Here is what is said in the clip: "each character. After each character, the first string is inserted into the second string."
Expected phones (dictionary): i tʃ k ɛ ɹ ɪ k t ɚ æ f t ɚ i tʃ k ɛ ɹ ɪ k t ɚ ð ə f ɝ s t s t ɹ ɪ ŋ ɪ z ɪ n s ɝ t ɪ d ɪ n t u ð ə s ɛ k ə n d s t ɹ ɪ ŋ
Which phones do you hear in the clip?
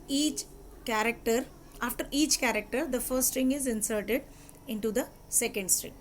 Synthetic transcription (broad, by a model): i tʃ k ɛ ɹ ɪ k t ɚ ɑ f t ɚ i tʃ k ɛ ɹ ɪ k t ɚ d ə f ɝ t s t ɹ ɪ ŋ ɪ z ɪ n s ɝ t ɪ d ɪ n t u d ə s ɛ k ə n d s t ɹ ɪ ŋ